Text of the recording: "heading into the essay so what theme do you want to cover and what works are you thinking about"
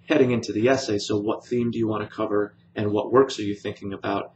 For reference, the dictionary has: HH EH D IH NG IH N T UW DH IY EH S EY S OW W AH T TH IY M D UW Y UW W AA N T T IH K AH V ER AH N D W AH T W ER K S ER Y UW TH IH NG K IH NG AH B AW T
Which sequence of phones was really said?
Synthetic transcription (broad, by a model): HH EH D IH NG IH N T UW DH IY EH S EY S OW W AH T TH IY M D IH Y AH W AA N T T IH K AH V ER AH N W AH T W ER K S ER Y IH TH IH NG K IH NG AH B AW T